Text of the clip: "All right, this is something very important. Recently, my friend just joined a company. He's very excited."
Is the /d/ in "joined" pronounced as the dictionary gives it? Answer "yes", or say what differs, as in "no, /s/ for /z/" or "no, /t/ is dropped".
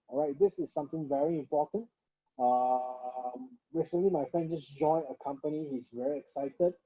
no, /d/ is dropped